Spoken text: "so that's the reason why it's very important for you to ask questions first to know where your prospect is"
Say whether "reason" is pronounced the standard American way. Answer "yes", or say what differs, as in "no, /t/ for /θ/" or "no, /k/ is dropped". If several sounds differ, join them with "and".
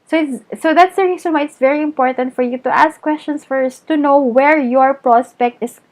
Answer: no, /s/ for /z/